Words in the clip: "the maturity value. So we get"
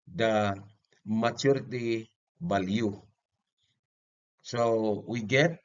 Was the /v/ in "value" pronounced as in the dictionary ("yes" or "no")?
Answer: no